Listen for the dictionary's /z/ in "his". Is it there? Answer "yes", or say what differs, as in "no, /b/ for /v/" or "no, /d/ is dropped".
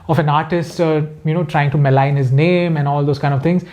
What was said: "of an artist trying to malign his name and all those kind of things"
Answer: yes